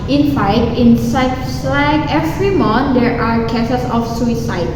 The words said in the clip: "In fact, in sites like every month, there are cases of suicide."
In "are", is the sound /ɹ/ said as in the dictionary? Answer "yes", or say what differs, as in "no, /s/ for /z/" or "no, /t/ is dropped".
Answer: yes